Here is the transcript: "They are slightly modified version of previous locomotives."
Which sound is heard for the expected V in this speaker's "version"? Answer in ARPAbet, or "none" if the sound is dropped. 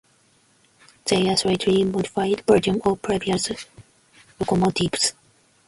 B